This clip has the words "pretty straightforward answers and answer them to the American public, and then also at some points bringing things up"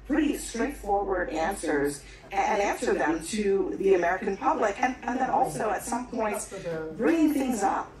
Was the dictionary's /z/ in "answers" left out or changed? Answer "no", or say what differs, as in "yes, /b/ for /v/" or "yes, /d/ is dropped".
no